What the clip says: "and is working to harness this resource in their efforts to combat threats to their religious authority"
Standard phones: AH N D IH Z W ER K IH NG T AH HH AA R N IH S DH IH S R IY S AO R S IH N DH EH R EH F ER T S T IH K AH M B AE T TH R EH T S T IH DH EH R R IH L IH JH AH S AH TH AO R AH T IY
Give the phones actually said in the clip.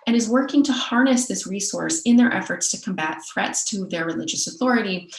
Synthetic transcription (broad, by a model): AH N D IH Z W ER K IH NG T AH HH AA R N IH S DH IH S R IY S AO R S IH N DH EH R EH F ER T S T IH K AH M B AE T TH R EH T S T IH DH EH R R IH L IH JH AH S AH TH AO R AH T IY